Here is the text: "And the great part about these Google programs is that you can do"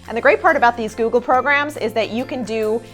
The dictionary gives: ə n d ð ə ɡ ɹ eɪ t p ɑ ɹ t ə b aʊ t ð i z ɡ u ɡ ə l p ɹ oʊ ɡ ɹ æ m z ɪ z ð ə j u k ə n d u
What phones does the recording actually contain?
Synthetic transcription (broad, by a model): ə n ð ə ɡ ɹ eɪ t p ɑ ɹ t ə b aʊ t ð i z ɡ u ɡ l p ɹ oʊ ɡ ɹ æ m z ɪ z ð ə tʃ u k ə n d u